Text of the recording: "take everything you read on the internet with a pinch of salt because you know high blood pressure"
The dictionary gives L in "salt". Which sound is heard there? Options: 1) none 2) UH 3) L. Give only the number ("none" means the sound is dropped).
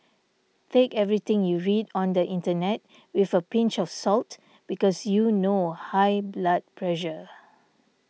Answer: 3